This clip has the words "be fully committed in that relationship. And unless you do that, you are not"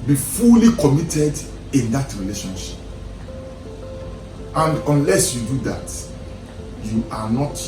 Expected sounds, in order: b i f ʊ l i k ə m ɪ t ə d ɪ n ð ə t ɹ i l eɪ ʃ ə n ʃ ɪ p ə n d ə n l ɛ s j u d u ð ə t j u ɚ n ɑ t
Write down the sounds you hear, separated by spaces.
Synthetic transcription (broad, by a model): b i f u l i k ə m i t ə d ɪ n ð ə t ɹ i l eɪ ʃ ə n ʃ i p ə n d ə n l ɛ s j u d u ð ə t j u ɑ n ɑ t